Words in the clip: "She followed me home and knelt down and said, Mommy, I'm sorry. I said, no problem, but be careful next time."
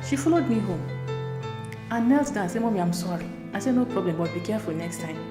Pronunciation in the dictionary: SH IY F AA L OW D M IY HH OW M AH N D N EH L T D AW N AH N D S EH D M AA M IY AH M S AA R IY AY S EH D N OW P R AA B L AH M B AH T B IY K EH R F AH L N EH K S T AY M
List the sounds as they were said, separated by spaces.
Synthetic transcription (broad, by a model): SH IY F AA L OW D M IY HH OW M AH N N EH L T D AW AH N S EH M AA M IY AH M S AA R IY AY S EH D N OW P R AA B L AH M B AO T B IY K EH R F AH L N EH K S T AY M